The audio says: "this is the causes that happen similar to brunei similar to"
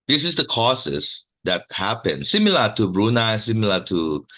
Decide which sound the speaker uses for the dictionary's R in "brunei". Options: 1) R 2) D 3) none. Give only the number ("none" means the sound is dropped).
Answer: 1